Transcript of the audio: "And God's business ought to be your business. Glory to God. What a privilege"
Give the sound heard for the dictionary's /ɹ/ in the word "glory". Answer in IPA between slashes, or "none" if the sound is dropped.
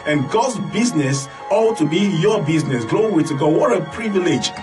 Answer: /w/